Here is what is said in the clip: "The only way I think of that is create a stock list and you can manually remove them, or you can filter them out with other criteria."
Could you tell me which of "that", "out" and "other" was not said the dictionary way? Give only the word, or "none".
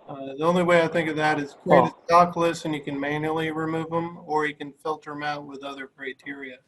none